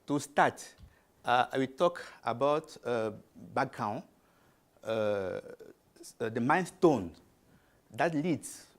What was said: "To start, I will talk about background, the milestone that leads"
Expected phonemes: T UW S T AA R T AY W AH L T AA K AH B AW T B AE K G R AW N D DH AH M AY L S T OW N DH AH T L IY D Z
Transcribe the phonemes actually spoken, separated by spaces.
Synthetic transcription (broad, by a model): T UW S T AA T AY W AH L T AA K AH B AW T B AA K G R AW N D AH M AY N S T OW N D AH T L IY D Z